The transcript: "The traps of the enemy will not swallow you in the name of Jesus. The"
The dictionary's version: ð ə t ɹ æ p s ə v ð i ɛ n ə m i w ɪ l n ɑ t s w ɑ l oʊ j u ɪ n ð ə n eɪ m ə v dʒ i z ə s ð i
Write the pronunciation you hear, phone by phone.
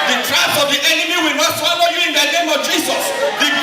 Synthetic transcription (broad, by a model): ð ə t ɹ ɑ s ə v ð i ɛ n ə m i w ɪ l n ɑ t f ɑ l oʊ j u ɪ n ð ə n eɪ m ə v dʒ i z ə s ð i